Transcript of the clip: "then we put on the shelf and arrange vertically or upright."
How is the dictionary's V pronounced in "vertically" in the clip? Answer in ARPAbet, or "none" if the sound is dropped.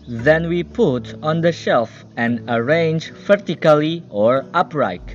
F